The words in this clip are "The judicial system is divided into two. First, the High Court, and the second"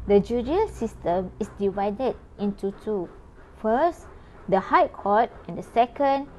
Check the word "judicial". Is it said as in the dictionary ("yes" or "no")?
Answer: no